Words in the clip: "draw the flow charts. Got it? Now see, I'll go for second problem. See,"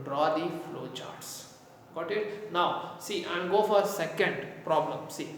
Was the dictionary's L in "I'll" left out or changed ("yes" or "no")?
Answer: yes